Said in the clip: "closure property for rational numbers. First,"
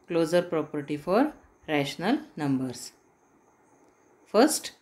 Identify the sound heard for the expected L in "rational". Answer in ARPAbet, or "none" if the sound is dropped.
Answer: L